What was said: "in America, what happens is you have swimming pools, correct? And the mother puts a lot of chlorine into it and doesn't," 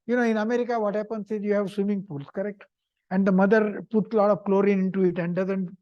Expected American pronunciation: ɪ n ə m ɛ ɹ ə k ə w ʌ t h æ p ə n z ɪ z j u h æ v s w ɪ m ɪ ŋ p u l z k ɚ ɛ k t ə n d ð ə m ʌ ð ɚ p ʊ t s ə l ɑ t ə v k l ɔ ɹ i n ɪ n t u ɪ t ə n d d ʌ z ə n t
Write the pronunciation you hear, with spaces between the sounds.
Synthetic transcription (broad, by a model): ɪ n ə m ɛ ɹ ə k ə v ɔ t h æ p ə n s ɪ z j u h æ v s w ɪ m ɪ ŋ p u l s k ɚ ɛ k t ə n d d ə m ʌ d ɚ p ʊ t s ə l ɑ t ə v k l ɔ ɹ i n ɪ n t u ɪ t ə n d d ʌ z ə n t